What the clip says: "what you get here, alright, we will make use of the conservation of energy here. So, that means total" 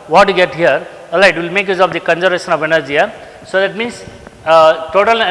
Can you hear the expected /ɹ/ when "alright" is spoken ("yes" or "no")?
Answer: no